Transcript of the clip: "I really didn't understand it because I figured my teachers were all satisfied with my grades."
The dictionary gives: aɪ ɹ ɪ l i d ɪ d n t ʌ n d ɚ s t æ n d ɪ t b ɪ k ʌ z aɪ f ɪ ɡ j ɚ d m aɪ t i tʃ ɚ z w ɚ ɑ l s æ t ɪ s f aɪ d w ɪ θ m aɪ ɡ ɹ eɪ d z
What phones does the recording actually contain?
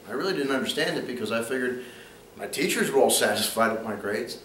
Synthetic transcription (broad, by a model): aɪ ɹ ɪ l i d ɪ d n t ʌ n d ɚ s t æ n d ɪ t b ɪ k ʌ z aɪ f ɪ ɡ j ɚ d m aɪ t i tʃ ɚ z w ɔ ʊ l s æ t ɪ s f aɪ d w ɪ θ m aɪ ɡ ɹ eɪ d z